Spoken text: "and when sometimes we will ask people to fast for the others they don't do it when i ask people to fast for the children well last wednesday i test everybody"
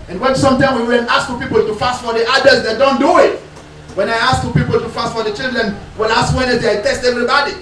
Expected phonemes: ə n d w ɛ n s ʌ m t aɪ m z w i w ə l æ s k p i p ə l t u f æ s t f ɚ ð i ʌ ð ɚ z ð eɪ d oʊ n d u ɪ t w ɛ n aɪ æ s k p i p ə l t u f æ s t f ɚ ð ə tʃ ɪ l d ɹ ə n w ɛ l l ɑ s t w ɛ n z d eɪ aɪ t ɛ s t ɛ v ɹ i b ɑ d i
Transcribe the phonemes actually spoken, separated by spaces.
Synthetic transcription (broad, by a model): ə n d w ɛ n s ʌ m t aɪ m w i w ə n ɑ s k p i p ə l t u f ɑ s t f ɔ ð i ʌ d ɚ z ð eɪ d oʊ n d u ɪ t w ɛ n aɪ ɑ s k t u p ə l t u f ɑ s t f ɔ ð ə tʃ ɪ l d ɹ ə n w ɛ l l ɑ s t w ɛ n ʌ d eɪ aɪ t ɛ s t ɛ v ɹ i b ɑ d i